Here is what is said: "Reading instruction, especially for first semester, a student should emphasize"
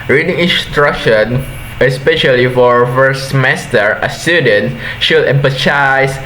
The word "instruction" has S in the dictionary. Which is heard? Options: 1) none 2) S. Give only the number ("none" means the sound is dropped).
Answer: 2